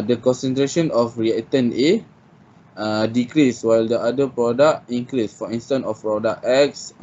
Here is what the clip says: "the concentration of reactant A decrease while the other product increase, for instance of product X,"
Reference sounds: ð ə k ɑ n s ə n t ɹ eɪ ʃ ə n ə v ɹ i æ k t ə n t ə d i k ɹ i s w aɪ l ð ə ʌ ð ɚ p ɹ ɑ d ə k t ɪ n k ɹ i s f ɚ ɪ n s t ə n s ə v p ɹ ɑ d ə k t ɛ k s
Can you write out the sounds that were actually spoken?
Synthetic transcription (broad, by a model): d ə k ɑ n s ə n t ɹ eɪ ʃ ə n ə f ɹ i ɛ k t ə n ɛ ə d i k ɹ i s w aɪ l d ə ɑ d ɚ p ɹ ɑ d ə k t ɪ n k ɹ i s f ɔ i n s t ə n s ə f p ɹ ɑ d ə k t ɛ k s